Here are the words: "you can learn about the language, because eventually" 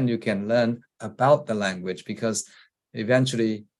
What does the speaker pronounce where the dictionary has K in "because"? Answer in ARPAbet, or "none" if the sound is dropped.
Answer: K